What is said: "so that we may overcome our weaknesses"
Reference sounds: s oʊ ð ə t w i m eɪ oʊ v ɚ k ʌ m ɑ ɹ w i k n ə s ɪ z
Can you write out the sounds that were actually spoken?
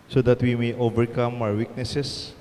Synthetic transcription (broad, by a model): s oʊ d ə t w i m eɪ oʊ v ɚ k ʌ m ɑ w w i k n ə s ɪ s